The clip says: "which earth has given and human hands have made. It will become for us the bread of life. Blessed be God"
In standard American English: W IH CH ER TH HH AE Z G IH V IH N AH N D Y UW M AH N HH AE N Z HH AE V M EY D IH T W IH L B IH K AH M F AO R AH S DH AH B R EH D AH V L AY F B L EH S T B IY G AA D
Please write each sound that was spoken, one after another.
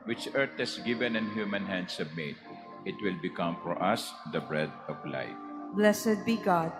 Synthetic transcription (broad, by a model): W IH CH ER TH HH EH S G IH V IH N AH N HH Y UW M AH N HH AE N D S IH B M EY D IH T W IH L B IH K AH M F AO R AH S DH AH B R EH D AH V L AY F B L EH S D B IY G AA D